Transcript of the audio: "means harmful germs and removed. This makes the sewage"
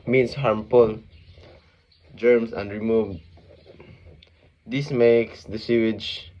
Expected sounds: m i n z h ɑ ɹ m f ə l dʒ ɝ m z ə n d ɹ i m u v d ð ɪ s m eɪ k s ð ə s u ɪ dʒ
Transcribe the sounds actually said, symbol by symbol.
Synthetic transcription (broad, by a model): m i n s h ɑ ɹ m p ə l dʒ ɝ m s ə n d ɹ i m u v d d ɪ s m eɪ k s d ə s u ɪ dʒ